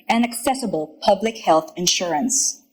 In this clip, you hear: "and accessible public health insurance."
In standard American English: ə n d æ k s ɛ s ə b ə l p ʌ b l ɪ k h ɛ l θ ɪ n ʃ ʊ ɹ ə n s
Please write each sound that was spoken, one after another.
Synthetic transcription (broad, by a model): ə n æ k s ɛ s ə b ə l p ʌ b l ɪ k h ɛ l θ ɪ n ʃ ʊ ɹ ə n s